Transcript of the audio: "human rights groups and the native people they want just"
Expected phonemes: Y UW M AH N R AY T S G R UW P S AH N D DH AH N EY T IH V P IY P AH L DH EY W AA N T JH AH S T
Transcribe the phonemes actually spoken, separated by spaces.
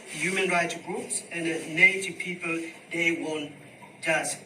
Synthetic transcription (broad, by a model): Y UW M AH N R AY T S G R UW P S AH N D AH N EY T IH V P IY P AH L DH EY W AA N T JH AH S